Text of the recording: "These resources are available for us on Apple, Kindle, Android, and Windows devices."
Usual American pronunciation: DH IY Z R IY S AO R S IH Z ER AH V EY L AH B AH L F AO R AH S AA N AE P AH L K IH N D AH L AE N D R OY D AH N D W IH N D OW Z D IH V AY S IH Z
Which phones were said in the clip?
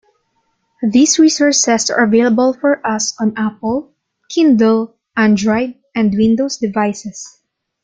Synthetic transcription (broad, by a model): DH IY S R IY S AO R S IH S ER AH V EY L AH B AH L F AO R AH S AA N AE P AH L K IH N D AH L AE N D R OY D AH N D W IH N D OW S D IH V AY S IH S